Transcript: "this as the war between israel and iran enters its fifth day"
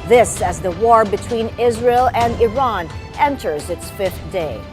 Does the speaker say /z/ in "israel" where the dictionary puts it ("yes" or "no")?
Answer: yes